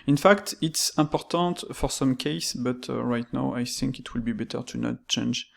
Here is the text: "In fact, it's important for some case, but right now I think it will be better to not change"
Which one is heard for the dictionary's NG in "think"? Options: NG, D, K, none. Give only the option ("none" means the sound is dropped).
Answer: NG